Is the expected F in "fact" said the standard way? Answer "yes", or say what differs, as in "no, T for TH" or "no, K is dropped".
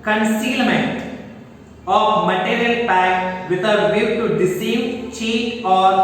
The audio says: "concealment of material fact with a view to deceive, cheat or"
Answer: no, P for F